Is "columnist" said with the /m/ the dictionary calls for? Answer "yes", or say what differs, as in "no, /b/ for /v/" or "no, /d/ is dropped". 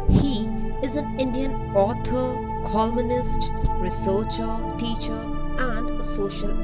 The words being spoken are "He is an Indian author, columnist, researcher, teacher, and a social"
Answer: no, /m/ is dropped